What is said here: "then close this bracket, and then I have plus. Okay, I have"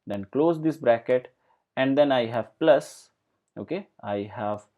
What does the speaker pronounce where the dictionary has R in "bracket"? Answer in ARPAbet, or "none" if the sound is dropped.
R